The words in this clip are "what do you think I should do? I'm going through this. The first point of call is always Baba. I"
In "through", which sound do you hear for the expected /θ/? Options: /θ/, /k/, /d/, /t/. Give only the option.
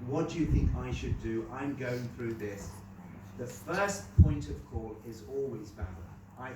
/θ/